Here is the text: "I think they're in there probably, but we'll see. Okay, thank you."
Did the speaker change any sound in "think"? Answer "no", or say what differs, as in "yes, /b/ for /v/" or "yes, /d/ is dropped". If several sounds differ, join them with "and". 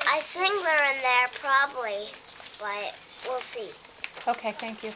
yes, /s/ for /θ/